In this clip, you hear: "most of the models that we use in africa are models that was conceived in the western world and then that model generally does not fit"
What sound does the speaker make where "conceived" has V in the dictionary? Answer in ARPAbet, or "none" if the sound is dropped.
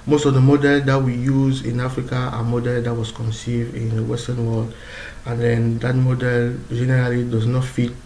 V